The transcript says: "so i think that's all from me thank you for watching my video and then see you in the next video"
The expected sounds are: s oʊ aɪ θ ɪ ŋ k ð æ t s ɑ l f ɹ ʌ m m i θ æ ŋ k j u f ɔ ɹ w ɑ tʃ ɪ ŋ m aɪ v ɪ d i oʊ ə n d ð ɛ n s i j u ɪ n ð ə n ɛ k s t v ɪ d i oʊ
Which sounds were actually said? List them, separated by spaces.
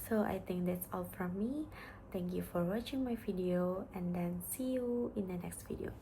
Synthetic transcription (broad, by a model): s oʊ aɪ t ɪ ŋ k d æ t s ɑ l f ɹ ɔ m m i t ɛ ŋ k j u f ɔ ɹ w ɑ tʃ ɪ ŋ m aɪ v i d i oʊ ə n d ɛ n s i j u ɪ n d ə n ɛ k s t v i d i oʊ